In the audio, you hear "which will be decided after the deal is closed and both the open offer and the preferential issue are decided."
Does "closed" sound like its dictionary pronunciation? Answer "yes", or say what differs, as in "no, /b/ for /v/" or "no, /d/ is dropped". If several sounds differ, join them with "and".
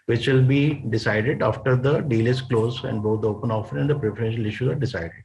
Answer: no, /d/ is dropped